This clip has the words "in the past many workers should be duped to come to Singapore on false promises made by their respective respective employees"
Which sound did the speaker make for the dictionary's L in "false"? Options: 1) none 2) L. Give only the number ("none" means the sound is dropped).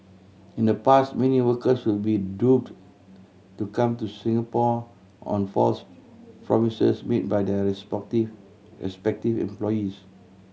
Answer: 2